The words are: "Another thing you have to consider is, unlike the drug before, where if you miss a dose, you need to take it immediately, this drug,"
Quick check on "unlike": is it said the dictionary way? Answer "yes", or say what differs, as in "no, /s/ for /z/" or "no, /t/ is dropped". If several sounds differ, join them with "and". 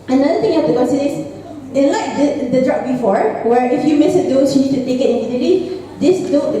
no, /n/ is dropped